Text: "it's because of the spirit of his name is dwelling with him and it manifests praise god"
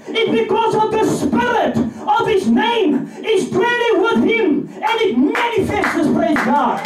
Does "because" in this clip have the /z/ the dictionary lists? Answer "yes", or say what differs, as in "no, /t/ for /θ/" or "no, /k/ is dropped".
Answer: yes